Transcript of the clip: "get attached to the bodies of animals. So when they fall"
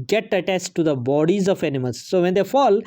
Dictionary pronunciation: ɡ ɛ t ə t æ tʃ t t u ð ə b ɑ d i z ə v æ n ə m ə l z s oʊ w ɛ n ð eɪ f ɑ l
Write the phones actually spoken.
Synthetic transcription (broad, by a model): ɡ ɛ t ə t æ s t t u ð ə b ɑ d i z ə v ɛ n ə m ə l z s oʊ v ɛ n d eɪ f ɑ l